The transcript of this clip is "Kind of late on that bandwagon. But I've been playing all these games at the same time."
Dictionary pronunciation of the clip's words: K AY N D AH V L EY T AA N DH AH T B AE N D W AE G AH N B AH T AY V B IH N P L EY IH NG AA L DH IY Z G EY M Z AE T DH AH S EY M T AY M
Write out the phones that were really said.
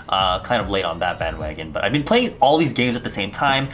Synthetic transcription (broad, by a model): K AY N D AH V L EY T N DH AH T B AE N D W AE G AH N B AH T AY V B IH N P L EY IH NG AA L DH IY Z G EY M Z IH T DH AH S EY M T AY M